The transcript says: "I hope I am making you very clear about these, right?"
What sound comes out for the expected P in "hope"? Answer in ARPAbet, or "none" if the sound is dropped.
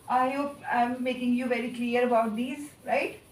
none